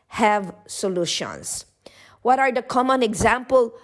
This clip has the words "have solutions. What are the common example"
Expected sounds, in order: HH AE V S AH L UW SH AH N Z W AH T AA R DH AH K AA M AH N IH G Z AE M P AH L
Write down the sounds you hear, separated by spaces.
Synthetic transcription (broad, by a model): HH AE V S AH L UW SH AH N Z W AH T AA R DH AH K AA M AH N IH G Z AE M P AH L